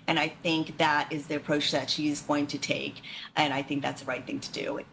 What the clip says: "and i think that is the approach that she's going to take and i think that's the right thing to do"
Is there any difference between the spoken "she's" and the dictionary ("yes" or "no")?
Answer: no